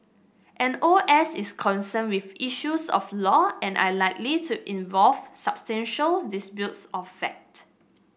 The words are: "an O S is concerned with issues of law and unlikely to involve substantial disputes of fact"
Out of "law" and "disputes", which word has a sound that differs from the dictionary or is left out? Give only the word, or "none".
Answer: disputes